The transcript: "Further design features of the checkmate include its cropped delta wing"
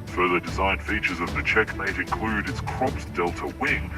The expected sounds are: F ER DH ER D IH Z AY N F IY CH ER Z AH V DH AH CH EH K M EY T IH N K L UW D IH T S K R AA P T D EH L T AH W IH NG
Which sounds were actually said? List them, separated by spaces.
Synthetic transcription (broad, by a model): F ER DH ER D IH Z AY N F IY CH ER Z AH V DH AH CH EH K M EY T IH N K L UW D IH T S K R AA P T D EH L T AH W IH NG